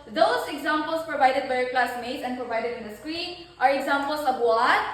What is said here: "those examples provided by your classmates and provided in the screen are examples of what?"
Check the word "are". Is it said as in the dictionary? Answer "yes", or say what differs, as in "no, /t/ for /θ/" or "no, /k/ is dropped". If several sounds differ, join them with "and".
yes